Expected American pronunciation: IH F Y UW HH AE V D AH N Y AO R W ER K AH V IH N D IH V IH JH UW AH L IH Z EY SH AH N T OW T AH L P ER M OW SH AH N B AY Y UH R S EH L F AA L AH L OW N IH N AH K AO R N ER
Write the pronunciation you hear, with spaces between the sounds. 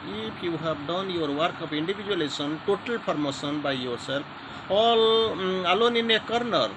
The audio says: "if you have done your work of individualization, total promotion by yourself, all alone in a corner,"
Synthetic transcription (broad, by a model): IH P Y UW HH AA B D AH N Y AO R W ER K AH P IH N D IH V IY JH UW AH L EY S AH N T OW T AH L P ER M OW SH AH N B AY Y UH R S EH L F AA L AH L OW N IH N AH K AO R N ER